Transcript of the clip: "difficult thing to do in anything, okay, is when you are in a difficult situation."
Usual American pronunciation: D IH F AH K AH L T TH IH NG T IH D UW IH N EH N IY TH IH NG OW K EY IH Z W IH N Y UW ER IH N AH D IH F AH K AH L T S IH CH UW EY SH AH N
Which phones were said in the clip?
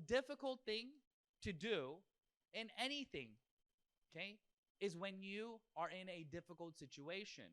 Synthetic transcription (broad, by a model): D IH F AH K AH L T TH IH NG T IH D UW IH N EH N IY TH IH NG OW K EY IH Z W IH N Y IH ER IH N AH D IH F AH K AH L T S IH CH UW EY SH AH N